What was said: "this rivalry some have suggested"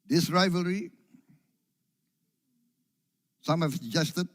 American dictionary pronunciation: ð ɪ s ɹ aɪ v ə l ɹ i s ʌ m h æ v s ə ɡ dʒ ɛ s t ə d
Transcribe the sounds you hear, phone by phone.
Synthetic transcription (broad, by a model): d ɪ s ɹ aɪ v ə l ɹ i s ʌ m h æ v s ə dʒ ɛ s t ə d